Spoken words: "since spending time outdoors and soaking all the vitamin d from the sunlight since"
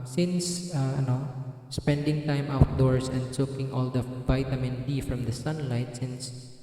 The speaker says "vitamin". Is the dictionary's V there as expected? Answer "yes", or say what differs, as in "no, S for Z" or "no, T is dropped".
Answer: yes